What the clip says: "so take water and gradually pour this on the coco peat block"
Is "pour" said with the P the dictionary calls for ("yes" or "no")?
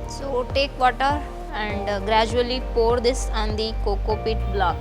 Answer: yes